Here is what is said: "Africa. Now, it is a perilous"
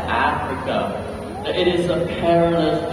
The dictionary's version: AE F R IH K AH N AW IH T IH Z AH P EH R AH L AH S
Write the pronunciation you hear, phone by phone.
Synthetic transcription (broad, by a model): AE F R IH K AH IH T IH Z AH P EH R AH L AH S